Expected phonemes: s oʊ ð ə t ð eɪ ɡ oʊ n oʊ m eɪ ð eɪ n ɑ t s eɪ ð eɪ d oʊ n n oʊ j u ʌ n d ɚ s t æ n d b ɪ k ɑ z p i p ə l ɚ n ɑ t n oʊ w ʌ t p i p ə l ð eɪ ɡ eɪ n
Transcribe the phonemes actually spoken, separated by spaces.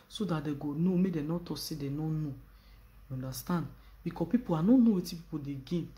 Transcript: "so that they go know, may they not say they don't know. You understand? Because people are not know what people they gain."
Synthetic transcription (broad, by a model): s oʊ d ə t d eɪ ɡ oʊ n oʊ m eɪ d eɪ n ɑ t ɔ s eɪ d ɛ n n oʊ j u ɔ n d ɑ s t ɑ n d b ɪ k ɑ p i p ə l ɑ n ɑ n oʊ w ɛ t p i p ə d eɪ ɡ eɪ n